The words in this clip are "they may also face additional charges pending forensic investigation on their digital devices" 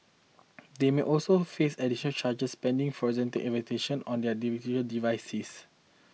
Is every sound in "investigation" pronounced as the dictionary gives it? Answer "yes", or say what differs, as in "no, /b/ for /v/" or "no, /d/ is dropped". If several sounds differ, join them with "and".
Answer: no, /s/ is dropped